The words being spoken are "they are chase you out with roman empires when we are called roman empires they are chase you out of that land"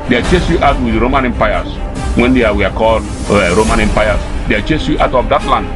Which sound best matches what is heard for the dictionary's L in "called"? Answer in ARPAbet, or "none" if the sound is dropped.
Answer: L